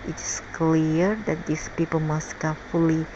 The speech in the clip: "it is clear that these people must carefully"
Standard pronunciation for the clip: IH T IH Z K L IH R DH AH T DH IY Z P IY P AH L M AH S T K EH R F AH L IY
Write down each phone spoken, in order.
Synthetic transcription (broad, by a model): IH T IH S K L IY R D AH T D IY S P IY P AH L M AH S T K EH F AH L IY